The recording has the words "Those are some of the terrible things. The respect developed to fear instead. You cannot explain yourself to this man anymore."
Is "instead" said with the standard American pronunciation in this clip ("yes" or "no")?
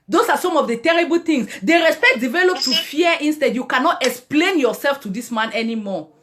yes